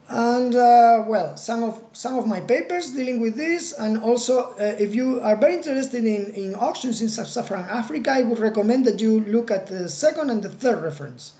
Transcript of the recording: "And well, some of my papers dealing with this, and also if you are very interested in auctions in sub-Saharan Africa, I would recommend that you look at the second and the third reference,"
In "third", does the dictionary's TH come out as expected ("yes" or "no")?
yes